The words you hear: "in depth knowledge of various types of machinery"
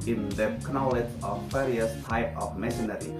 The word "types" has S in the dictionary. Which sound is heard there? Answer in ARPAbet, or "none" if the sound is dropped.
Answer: none